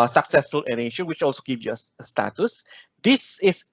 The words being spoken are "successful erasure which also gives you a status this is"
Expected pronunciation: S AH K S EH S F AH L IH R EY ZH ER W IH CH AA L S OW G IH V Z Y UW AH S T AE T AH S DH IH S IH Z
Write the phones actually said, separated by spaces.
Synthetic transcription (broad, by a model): S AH K S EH S F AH L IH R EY SH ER W IH CH AA L S OW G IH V Y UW AH S T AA T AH S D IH S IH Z